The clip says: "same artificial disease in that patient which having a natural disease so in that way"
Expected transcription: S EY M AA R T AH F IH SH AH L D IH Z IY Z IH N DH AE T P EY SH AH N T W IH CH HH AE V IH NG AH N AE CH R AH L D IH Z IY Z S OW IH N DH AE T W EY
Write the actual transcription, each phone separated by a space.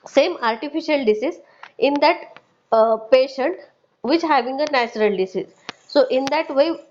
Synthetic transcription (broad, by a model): S EY M AA R T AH F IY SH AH L D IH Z IY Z IH N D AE T P EY SH AH N T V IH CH HH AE V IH NG AH N AE CH R AH L D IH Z IY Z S OW IH N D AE T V EY